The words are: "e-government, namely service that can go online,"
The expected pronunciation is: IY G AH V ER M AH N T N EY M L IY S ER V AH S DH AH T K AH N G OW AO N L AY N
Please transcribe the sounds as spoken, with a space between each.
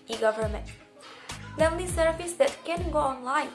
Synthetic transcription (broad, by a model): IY G AH V ER M AH N T L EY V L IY S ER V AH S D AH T K AH N G OW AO N L AY N